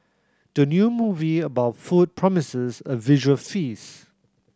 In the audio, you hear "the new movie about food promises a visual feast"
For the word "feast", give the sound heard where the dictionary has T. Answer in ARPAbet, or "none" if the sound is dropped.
none